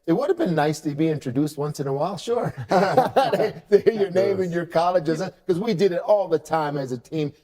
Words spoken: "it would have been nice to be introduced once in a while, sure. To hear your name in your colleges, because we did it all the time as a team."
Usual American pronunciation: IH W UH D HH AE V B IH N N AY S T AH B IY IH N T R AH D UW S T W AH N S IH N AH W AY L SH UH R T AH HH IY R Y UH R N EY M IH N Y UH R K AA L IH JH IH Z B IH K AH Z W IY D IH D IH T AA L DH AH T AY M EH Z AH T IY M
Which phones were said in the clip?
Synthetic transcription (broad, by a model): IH W UH D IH V B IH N N AY S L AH B IY IH N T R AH D UW S T W AH N S IH N AH W AY L SH UH R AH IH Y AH R N EY M IH N Y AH R K AA L IH JH IH Z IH K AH Z W IY D IH D IH T AA L DH AH T AY M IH Z AH T IY M